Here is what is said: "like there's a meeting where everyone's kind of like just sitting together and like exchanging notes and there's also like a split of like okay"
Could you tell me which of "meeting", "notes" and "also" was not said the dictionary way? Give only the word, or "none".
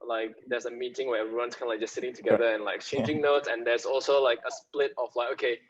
none